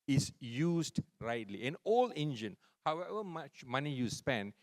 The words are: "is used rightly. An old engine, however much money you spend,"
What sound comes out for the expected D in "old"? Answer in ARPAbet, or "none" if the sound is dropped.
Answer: none